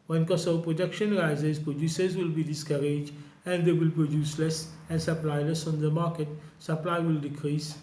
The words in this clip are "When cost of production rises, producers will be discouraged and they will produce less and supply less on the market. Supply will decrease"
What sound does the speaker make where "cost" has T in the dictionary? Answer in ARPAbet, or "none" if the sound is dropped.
none